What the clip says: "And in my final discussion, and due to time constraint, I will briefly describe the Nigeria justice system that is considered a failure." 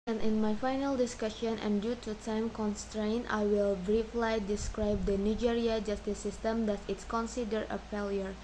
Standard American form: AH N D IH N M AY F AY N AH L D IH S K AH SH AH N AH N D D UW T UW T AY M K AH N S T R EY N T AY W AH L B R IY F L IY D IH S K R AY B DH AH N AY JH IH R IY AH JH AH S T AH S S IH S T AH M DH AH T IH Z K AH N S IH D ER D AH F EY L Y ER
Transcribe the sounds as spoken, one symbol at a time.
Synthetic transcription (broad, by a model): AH N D IH N M AY F AY N AH L D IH S K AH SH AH N AH N D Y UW T UW T AY M K AH N S T R EY N T AY W AH L B R IY F L IY D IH S K R AY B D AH N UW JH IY R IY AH JH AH S T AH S S IH S T AH M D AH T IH S K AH N S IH D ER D AH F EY L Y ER